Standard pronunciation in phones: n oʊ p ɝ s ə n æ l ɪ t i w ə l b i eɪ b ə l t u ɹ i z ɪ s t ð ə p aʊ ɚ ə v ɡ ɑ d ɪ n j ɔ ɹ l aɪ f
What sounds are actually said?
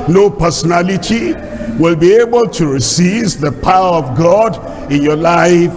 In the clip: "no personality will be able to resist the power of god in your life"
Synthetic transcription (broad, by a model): n oʊ p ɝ s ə n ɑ l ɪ t i w ə l b i eɪ b ə l t u ɹ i s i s ð ə p aʊ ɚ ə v ɡ ɑ d ɪ n j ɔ l aɪ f